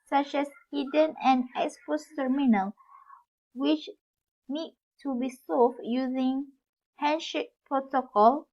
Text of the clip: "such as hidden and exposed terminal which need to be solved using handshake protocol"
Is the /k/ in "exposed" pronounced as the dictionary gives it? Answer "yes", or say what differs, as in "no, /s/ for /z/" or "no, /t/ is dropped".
no, /k/ is dropped